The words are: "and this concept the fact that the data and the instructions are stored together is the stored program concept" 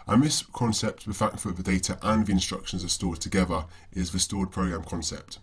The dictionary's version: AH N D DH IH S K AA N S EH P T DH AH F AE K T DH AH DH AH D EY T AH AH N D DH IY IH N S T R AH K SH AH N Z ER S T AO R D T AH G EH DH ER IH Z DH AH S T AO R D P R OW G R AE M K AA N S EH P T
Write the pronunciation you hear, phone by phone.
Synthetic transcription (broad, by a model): AH N DH IH S K AA N S EH P T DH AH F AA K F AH DH AH D EY T AH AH N DH IY IH N S T R AH K SH AH N Z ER S T AO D T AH G EH DH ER IH Z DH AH S T AO D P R OW G R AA M K AA N S EH P T